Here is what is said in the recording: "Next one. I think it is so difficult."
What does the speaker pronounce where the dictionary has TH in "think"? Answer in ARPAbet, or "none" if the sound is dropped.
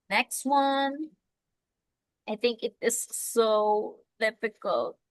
TH